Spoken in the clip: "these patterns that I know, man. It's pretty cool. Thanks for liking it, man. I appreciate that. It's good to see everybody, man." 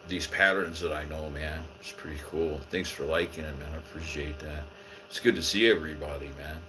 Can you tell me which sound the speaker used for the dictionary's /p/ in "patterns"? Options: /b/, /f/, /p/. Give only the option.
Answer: /p/